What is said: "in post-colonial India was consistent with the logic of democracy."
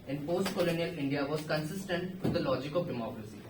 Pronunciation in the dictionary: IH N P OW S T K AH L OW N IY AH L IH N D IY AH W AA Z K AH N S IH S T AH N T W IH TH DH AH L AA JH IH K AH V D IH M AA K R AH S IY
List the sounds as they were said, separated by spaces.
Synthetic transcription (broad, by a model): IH N P OW S T K AH L OW N IY AH L IH N D IY AH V AA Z K AH N S IH S T AH N T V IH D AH L AA JH IH K AH V D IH M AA K R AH S IY